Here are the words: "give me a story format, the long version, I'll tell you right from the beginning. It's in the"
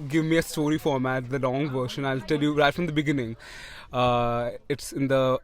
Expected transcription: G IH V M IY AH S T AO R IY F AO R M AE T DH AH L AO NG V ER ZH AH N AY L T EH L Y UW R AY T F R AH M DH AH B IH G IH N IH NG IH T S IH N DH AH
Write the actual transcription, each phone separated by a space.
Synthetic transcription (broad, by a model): G IH V M IY AH S T AO R IY F AO R M AE T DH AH L AO NG V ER SH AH N AY L T EH L Y UW R AY T F R AH M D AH B IH G IH N IH NG IH T S IH N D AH